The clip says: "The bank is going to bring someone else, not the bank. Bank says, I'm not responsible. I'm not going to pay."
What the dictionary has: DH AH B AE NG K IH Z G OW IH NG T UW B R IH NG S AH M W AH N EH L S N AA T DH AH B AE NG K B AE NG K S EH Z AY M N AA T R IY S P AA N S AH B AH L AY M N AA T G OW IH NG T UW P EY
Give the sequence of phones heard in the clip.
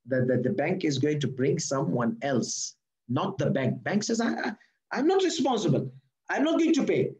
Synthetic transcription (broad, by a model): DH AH B AE NG K IH Z G OW IH NG T UW B R IH NG S AH M W AH N EH L S N AA T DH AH B AE NG K B AE NG K S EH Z AY M N AA T R IY S P AA N S AH B AH L AY M N AA T G OW IH NG T UW P EY